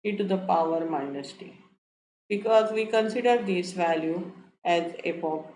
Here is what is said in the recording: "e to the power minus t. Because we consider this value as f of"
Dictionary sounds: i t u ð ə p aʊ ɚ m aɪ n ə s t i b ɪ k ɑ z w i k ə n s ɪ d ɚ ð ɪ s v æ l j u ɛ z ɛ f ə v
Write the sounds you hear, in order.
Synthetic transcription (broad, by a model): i t u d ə p aʊ ɚ m aɪ n ə s t i b ɪ k ɑ z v i k ə n s ɪ d ɚ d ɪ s v æ l j u ɛ z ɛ p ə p